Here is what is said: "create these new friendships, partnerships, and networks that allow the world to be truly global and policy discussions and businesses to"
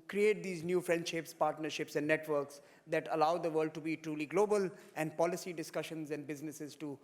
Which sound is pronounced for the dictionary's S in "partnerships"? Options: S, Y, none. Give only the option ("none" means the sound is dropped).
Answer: S